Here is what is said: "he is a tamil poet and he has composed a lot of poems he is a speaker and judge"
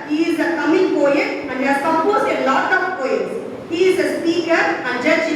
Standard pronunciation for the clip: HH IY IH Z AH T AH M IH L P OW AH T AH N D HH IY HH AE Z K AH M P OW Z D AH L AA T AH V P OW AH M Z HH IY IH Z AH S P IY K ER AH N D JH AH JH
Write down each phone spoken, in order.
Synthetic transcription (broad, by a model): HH IY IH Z AH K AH M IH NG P OW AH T AH N D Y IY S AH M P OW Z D AH L AA T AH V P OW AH Z HH IY IH Z AH S P IY K ER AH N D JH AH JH